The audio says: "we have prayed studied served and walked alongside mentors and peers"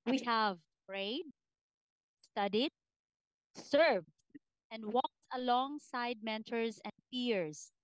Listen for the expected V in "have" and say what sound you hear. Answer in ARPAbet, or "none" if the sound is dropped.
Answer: V